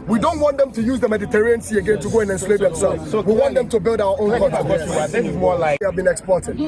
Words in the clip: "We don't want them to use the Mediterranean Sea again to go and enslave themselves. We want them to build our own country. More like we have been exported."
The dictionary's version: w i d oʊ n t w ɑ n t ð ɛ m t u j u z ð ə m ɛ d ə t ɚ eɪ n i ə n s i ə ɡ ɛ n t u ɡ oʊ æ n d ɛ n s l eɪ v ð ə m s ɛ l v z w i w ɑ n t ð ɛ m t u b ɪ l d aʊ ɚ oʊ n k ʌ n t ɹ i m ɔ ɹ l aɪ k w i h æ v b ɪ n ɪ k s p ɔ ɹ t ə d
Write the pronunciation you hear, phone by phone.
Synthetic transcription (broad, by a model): w i d oʊ n t w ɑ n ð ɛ m t u j u z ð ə m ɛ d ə t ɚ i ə n s i ə ɡ ɛ n t u ɡ oʊ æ n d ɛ n s l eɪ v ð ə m s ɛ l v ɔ w i w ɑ n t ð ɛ m t u b ɪ l d aʊ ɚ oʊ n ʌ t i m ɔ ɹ l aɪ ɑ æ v b ɪ n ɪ k s p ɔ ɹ t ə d